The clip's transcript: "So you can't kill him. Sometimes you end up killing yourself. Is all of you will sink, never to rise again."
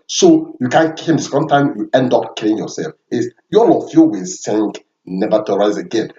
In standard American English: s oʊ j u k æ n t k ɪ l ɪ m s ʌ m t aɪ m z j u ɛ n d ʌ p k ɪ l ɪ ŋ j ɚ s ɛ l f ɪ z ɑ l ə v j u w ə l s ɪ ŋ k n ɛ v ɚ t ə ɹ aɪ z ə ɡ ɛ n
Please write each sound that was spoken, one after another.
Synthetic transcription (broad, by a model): s oʊ j u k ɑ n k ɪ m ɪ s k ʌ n t aɪ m j u ɛ n d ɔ p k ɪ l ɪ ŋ j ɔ s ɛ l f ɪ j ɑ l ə f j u w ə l s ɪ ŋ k n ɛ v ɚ t ə ɹ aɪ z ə ɡ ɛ n